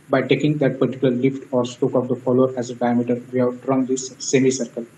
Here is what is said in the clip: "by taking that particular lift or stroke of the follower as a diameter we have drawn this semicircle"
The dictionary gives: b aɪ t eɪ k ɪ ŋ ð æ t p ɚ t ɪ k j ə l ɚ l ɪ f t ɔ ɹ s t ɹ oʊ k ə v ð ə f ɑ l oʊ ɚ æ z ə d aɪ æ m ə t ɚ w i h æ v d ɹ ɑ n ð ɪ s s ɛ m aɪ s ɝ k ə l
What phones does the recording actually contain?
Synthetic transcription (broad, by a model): b aɪ t eɪ k ɪ ŋ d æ t p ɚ t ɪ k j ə l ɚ l ɪ f t ɔ ɹ s t oʊ k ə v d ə f ɑ l oʊ ɚ æ z ə d aɪ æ m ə t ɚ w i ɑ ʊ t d ɹ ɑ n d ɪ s s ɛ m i s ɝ k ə l